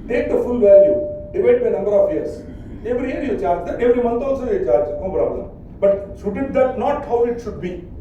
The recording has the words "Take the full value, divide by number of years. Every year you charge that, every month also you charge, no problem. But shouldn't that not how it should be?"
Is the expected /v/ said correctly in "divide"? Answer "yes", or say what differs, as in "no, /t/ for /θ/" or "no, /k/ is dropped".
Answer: no, /b/ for /v/